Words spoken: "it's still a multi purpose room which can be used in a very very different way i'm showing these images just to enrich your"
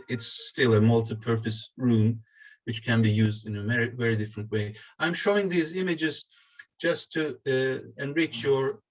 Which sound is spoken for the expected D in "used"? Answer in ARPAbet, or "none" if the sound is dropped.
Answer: D